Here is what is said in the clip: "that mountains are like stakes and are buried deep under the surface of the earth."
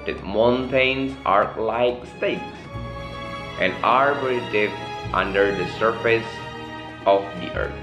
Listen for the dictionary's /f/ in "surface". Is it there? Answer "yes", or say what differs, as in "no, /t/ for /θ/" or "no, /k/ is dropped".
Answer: yes